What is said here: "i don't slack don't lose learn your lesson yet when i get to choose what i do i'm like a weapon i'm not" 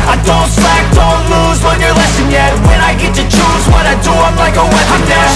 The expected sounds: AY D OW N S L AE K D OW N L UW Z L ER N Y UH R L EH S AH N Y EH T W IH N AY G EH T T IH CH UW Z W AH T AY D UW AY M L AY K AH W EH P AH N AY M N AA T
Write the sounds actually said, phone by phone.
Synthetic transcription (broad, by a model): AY D OW N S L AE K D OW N L UW Z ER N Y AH R L EH S AH N Y EH T W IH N AY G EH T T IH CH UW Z W AH T AY D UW AY M L AY K AH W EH AH